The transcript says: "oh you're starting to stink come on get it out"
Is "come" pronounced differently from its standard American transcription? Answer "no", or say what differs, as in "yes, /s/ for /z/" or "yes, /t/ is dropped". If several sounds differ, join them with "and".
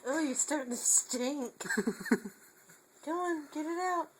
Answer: yes, /m/ is dropped